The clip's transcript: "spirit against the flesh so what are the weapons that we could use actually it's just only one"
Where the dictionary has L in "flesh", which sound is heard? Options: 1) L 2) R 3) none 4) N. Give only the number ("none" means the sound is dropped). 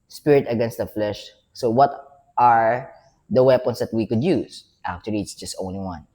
1